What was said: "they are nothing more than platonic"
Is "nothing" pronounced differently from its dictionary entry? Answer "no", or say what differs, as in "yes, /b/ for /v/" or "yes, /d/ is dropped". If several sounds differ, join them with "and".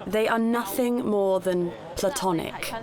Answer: no